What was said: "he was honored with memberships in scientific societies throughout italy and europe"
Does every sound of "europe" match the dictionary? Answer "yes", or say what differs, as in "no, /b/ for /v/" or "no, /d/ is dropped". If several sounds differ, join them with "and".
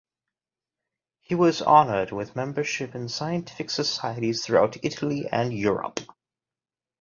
yes